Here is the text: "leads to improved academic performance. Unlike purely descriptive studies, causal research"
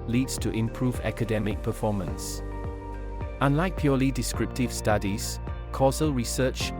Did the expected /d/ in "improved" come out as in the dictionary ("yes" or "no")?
no